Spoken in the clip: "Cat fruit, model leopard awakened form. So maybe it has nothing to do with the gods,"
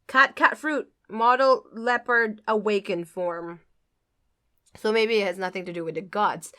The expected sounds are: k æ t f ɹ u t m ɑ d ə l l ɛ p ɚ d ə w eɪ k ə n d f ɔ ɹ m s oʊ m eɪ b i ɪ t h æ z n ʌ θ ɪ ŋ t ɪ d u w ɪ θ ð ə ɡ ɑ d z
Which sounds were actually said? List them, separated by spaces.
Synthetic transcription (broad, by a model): k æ t f ɹ u t m ɑ d l l ɛ p ɚ d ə w eɪ k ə n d f ɔ ɹ m s oʊ m eɪ b i ɪ t h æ z n ʌ θ ɪ ŋ t ɪ d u w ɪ ð ə ɡ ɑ d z